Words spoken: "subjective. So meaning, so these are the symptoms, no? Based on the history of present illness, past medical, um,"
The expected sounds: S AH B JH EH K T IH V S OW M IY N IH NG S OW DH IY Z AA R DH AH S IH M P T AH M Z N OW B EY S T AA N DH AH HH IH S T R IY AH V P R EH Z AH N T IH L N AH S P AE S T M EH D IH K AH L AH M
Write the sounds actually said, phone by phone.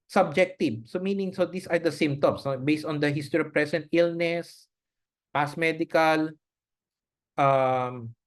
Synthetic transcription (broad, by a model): S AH B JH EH K T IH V S OW M IY N IH NG S OW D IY S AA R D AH S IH M P T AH M S N OW B EY S T AA N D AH HH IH S T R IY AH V P R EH S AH N T IH L N AH S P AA S M EH D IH K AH L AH M